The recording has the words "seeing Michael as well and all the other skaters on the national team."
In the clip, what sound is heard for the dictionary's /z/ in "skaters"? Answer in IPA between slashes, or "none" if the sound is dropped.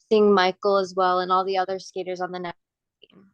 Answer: /z/